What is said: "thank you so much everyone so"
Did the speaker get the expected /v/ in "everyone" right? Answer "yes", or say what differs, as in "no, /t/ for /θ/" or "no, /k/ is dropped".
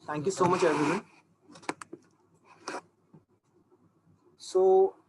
no, /v/ is dropped